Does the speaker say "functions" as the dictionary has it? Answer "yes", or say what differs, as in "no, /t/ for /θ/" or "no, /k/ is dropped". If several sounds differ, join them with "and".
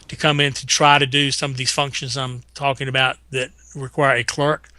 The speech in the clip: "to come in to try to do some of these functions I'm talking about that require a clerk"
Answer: yes